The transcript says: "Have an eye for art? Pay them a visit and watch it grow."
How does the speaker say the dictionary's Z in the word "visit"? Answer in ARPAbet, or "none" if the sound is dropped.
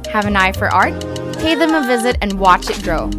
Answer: Z